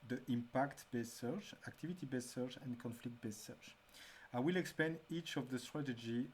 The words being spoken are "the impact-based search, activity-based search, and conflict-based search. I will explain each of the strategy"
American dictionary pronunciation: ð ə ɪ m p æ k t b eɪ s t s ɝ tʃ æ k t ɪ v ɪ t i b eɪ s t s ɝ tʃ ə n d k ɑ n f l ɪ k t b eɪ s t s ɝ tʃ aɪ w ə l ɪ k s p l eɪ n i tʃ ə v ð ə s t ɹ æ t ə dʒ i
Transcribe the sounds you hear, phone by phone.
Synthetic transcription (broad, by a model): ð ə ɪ m p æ k t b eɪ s s ɝ tʃ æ k t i v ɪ t i b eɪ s s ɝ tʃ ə n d k ɑ n f l ɪ k t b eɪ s s ɝ tʃ aɪ w ə l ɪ k s p l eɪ n i tʃ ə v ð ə s t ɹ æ t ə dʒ i